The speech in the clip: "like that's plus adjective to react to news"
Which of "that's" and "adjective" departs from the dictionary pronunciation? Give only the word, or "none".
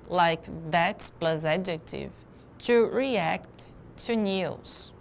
none